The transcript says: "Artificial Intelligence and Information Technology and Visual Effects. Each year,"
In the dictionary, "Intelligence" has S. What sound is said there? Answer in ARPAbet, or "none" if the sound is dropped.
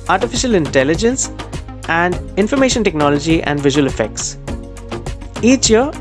S